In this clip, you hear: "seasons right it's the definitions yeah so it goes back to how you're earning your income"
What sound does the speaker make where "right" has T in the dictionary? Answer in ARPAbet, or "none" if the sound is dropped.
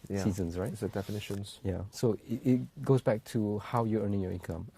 none